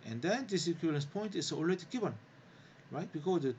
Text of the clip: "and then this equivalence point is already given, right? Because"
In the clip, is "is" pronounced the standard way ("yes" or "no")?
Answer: no